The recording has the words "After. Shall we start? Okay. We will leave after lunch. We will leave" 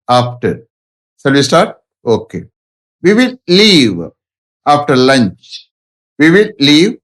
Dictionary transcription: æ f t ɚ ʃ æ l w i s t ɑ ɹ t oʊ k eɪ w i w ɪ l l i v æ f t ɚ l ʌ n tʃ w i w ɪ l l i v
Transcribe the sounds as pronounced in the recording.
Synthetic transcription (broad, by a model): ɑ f t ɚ s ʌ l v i s t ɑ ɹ t oʊ k eɪ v i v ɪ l l i v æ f t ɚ l ʌ n tʃ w i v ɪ l l i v